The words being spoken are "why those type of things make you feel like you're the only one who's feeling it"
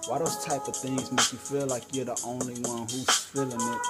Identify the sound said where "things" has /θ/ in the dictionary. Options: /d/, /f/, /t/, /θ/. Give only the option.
/θ/